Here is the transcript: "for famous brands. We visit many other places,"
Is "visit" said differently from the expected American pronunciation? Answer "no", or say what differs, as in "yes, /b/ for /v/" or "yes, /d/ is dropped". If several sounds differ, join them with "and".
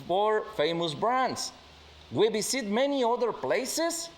yes, /b/ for /v/ and /s/ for /z/